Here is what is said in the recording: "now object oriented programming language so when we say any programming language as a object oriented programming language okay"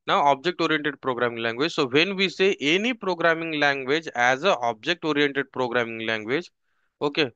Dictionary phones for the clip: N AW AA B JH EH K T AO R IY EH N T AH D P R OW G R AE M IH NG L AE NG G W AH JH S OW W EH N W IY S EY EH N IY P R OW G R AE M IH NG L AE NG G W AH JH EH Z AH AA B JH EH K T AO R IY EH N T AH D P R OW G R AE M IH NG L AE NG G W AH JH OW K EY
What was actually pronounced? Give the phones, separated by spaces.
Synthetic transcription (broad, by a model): N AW AA B JH EH K T AO R IY EH N T AH D P R OW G R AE M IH NG L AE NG G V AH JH S OW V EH N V IY S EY EH N IY P R OW G R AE M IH NG L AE NG G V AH JH EH Z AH AA B JH EH K T AO R IY EH N T AH D P R OW G R AE M IH NG L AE NG G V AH JH OW K EY